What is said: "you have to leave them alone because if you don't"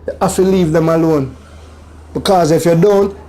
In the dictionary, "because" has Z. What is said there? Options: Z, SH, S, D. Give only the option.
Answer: Z